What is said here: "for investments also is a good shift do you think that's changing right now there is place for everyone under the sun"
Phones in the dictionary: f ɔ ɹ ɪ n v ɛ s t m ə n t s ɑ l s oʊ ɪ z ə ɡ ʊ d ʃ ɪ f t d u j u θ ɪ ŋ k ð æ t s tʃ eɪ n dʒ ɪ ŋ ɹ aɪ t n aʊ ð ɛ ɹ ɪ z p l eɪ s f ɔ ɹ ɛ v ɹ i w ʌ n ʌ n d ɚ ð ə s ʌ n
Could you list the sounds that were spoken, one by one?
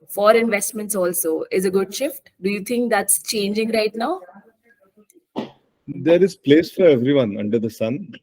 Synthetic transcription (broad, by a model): f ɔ ɹ ɪ n v ɛ s t m ə n t s ɑ l s oʊ ɪ z ə ɡ ʊ d ʃ ɪ f t d u j u t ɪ ŋ k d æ t s tʃ eɪ n dʒ ɪ ŋ ɹ aɪ t n aʊ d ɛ ɹ ɪ z p l eɪ s f ɔ ɹ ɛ v ɹ i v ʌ n ʌ n d ɚ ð ə s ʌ n